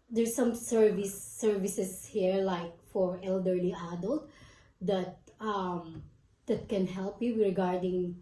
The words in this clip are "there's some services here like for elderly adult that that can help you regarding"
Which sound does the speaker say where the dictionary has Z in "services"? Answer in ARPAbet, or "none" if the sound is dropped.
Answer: S